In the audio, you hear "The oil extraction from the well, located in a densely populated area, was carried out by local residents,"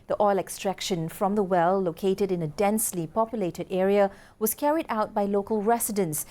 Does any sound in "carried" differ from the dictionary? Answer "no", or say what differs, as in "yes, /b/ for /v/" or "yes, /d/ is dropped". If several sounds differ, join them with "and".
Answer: no